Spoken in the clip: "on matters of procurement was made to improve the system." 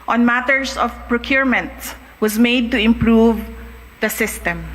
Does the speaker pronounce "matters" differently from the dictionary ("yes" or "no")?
yes